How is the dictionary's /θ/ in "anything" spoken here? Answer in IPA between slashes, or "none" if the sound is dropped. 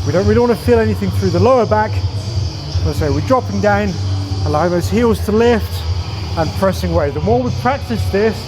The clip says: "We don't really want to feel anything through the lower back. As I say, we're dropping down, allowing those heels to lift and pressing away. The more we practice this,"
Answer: /θ/